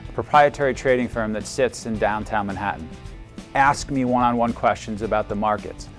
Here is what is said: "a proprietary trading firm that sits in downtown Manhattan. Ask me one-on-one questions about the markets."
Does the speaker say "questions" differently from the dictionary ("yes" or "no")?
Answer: no